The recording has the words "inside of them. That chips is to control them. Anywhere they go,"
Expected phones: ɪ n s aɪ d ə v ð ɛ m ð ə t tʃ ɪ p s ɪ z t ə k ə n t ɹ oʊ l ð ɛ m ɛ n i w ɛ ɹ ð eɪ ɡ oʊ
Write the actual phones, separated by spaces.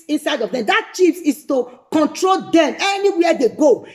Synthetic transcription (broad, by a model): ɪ n s aɪ d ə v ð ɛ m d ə t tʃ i f s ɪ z t ə k ə n t ɹ oʊ l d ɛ m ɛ n i w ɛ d eɪ ɡ oʊ